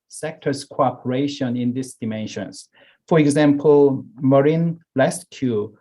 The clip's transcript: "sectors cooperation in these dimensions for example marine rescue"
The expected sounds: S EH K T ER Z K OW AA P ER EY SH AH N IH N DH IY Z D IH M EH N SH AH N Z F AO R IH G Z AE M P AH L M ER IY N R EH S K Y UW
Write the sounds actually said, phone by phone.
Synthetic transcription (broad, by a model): S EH K T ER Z K OW AA P ER EY SH AH N IH N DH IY S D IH M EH N SH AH N S F AO R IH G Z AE M P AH L M ER IY N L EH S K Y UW